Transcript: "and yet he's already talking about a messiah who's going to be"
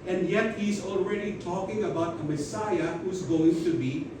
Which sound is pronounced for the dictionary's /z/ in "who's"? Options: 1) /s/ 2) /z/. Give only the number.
2